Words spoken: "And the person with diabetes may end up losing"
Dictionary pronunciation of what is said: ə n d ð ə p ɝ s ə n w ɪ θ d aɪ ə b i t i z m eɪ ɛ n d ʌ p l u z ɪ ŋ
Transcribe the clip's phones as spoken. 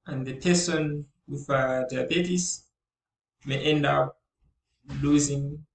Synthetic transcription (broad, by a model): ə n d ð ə p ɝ s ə n w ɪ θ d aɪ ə b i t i s m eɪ ɛ n d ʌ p l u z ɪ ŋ